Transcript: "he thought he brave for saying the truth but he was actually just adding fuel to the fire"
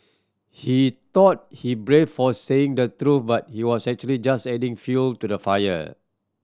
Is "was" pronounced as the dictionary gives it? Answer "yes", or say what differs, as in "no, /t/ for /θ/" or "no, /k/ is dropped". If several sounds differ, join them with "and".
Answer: no, /s/ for /z/